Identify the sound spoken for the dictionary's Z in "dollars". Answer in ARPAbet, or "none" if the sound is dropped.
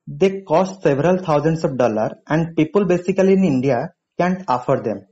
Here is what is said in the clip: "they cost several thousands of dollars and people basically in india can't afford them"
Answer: none